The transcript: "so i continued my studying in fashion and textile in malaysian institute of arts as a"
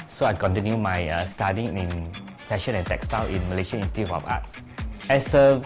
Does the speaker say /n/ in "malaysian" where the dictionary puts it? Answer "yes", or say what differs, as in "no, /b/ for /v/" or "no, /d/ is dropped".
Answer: no, /n/ is dropped